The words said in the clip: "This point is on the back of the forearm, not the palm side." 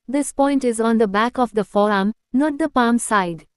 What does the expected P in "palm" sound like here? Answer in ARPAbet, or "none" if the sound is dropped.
P